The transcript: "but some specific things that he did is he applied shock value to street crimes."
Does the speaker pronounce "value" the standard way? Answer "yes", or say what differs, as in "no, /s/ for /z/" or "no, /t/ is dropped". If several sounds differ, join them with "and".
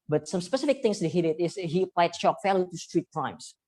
no, /f/ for /v/